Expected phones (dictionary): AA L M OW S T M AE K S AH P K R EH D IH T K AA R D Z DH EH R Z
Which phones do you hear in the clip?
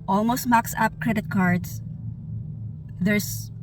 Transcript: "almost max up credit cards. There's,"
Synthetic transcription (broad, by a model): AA L M OW S T M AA K S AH P K R EH D IH T K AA R D S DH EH R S